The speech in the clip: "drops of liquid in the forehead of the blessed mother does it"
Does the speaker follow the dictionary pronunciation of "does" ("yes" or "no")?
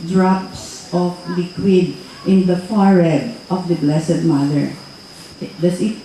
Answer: no